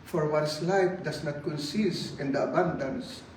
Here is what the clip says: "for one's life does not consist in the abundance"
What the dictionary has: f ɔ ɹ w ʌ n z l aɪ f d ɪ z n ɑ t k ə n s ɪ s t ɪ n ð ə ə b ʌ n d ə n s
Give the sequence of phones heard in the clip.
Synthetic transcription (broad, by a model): f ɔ ɹ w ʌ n s l aɪ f d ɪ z n ɑ t k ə n s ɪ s ɪ n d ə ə b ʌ n d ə n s